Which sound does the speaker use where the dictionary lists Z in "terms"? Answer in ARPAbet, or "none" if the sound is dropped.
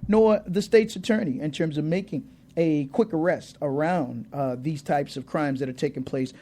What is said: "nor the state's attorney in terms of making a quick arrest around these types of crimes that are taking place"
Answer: Z